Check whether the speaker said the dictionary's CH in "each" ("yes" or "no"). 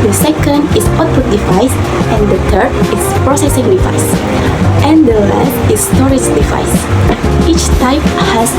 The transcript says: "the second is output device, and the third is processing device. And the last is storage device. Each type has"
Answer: yes